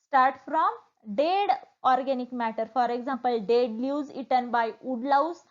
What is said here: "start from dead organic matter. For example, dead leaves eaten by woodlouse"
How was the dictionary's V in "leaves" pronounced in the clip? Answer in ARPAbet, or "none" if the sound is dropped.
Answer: none